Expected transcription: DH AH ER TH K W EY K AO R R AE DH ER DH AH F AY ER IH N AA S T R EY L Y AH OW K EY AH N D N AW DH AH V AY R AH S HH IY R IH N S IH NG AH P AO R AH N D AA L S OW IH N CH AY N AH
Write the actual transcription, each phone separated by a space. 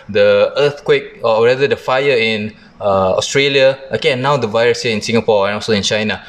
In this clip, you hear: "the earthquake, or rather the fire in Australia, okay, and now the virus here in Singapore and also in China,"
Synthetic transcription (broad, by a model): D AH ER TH K W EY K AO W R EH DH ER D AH F AY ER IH N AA S T R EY L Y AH OW K EY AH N N AW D AH V AY R AH S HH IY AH IH N S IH NG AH P AO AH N AA L S OW IH N CH AY N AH